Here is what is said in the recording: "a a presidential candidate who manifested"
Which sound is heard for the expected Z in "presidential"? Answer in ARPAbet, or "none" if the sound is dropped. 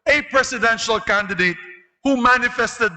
S